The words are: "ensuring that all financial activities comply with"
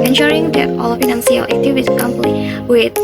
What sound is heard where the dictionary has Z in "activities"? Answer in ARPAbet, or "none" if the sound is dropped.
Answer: none